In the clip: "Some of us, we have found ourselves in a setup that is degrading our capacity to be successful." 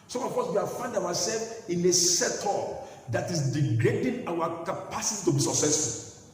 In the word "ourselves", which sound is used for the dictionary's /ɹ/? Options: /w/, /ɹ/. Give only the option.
/w/